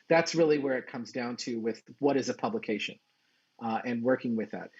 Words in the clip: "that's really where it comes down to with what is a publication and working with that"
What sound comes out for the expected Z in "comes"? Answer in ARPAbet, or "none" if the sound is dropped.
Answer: Z